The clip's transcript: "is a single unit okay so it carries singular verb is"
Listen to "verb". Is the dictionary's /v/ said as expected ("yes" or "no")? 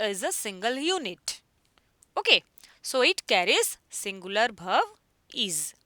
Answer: no